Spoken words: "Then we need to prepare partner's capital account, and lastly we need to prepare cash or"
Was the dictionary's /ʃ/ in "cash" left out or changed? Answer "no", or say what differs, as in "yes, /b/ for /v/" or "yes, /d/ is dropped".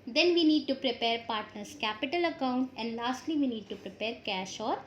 no